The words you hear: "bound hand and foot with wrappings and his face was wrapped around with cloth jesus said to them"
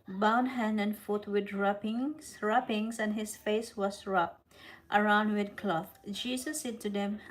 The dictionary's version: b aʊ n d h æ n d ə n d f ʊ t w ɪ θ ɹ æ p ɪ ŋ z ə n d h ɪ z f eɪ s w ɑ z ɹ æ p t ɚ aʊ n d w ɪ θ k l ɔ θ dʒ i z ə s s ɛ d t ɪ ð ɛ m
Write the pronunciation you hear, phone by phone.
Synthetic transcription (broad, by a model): b aʊ n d h æ n d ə n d f ʊ t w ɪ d ɹ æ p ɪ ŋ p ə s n h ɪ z f eɪ s w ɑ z ɹ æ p t ɚ aʊ n d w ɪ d k l ɔ θ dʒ i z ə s s ɛ d t ɪ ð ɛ m